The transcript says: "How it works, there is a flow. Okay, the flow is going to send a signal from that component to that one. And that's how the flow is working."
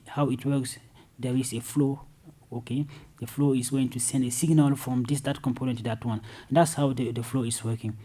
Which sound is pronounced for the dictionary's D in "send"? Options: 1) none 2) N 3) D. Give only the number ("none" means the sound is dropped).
3